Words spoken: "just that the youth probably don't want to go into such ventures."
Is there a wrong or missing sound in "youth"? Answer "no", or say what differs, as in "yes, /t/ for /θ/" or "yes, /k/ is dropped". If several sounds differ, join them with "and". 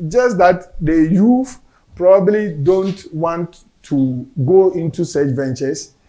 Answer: yes, /f/ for /θ/